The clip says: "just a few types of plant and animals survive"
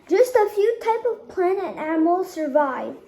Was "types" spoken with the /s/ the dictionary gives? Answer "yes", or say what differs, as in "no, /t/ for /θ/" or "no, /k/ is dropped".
no, /s/ is dropped